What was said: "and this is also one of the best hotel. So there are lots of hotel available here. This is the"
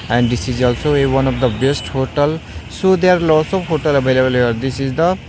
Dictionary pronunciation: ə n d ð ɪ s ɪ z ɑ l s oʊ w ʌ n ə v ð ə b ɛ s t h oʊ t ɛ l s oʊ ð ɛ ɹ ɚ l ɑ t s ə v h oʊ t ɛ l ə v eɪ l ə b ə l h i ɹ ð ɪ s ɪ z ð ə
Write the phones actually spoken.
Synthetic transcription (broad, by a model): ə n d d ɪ s ɪ z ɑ l s oʊ w ʌ n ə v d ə b ɛ s t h oʊ t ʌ l s oʊ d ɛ ɹ l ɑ s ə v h oʊ t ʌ l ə b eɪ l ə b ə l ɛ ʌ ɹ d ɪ s ɪ z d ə